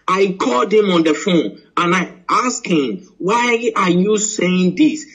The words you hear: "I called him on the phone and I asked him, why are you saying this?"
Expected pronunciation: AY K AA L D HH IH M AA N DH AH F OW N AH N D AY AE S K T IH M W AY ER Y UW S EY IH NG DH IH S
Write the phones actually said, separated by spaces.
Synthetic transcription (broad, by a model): AY K AA L D HH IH M AA N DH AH F OW N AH N AY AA S K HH IH M W AY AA Y UW S EY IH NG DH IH S